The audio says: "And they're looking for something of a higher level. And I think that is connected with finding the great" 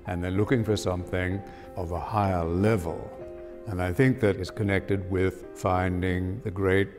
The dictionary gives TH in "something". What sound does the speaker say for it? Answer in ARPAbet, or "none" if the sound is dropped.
TH